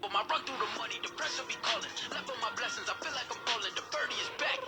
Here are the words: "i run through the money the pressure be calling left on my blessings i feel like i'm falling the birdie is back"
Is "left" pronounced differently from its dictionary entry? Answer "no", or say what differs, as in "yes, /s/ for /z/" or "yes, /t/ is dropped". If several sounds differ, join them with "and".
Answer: yes, /t/ is dropped